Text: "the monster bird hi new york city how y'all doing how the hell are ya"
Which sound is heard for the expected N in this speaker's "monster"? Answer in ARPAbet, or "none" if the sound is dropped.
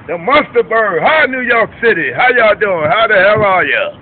none